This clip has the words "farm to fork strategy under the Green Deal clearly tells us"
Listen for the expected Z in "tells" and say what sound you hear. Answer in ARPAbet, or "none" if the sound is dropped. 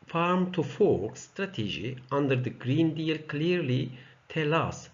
none